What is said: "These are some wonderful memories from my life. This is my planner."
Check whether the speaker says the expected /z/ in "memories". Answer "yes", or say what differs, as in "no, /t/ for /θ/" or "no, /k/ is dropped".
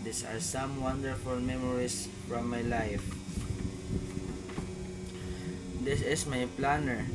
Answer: no, /s/ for /z/